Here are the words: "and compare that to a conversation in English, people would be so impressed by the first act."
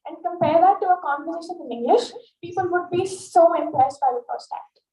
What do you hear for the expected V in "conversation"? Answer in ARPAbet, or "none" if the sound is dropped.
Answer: F